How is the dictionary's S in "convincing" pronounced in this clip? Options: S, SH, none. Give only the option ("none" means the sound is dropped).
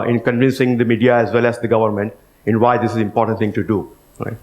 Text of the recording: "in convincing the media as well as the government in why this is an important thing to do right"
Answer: S